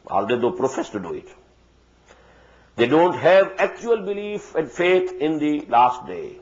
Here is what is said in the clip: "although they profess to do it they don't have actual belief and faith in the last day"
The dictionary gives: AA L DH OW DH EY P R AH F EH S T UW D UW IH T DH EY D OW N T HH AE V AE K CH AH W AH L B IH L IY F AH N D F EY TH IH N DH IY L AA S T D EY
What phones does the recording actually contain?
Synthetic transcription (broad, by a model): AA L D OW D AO P R AH F EH S T UW D UW IH T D EY D OW N T HH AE V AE K CH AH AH L B IH L IY F AH N D F EY T IH N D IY L AA S T D EY